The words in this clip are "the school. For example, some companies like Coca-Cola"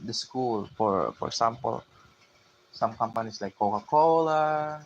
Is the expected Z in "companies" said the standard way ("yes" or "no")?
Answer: no